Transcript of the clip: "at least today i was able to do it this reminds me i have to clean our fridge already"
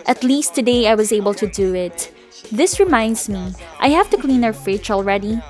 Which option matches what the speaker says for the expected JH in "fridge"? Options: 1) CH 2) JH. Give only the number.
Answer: 1